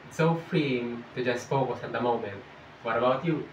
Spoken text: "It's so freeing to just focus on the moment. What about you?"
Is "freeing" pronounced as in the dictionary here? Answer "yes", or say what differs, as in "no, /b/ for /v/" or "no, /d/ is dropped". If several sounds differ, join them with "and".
yes